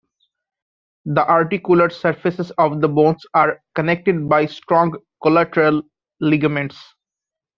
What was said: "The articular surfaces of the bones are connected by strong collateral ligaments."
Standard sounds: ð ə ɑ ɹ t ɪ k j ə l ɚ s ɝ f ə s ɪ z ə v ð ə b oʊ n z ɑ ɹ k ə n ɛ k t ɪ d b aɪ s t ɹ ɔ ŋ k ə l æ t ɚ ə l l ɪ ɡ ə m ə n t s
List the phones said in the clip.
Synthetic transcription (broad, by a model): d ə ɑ ɹ t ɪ k j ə l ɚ s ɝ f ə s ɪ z ə v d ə b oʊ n s ɑ ɹ k ə n ɛ k t ɪ d b aɪ s t ɹ ɔ ŋ k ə l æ t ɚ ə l l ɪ ɡ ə m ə n t s